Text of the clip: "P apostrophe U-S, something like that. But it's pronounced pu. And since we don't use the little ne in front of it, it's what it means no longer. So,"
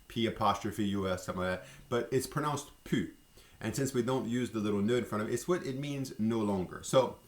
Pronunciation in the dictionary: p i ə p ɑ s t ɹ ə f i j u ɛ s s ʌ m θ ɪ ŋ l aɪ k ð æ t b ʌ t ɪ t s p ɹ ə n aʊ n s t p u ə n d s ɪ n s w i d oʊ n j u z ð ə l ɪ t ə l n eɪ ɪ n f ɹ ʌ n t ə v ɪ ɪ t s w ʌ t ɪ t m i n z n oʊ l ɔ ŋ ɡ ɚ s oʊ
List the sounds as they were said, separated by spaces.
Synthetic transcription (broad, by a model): p i ə p ɑ s t ɹ ə f i j u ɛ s s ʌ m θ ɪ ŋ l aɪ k ð æ t b ʌ t ɪ t s p ɹ ə n aʊ n s t p u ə n s ɪ n s w i d oʊ n j u z ð ə l ɪ t l n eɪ ɪ n f ɹ ʌ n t ə v ɪ ɪ t s w ʌ t ɪ t m i n z n oʊ l ɔ ŋ ɡ ɚ s oʊ